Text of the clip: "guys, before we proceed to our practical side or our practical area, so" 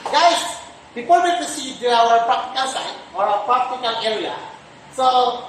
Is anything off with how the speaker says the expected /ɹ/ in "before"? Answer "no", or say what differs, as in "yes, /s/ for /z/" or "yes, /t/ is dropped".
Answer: yes, /l/ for /ɹ/